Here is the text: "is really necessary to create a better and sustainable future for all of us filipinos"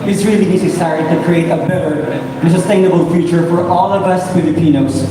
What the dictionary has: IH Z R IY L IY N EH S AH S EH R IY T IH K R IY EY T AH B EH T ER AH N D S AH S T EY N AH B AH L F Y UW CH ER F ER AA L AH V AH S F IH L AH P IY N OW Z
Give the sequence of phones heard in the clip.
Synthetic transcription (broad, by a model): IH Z R IY L IY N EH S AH S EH R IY T IH K R IY EY T AH B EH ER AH L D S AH S T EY N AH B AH L F Y UW CH ER F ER AA L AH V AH S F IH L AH P IY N OW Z